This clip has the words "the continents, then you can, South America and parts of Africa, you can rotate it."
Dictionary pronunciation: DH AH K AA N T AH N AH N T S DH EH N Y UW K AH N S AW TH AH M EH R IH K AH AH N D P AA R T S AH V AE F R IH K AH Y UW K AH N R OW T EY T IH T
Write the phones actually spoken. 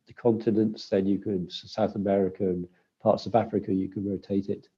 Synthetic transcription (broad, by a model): DH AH K AA N T AH N AH N T S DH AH N Y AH K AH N S AW TH AH M EH R IH K AH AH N P AA T S AH V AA F R IH K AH Y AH K AH N R OW T EY T IH T